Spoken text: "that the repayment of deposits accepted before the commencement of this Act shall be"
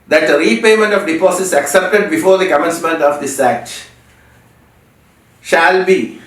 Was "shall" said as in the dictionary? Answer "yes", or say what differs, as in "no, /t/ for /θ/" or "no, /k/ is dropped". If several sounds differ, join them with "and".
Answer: yes